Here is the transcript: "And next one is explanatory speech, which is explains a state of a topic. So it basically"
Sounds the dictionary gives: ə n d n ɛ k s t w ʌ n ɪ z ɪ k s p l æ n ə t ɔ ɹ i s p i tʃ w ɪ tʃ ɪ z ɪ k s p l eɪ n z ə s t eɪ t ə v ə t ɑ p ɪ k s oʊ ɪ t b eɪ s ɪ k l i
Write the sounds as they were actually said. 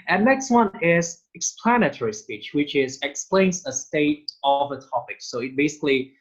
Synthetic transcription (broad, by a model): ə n n ɛ k s t w ʌ n ɪ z ɪ k s p l æ n ə t ɔ ɹ i s p i tʃ w ɪ tʃ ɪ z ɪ k s p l eɪ n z ə s t eɪ t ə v ə t ɑ p ɪ k s oʊ ɪ t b eɪ s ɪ k l i